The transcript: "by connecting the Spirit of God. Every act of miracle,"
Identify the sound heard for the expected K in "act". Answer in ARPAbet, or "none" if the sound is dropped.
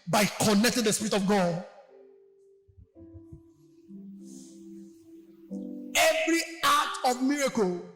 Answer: none